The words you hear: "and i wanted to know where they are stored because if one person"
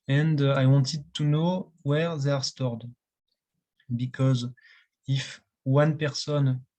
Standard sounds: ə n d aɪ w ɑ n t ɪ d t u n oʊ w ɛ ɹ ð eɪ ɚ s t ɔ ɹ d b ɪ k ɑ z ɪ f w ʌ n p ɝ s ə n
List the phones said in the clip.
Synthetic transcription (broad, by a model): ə n d aɪ w ɑ n t ɪ d t u n oʊ w ɛ ɹ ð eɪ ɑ s t ɔ ɹ d b ɪ k ɑ z ɪ f w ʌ n p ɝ s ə n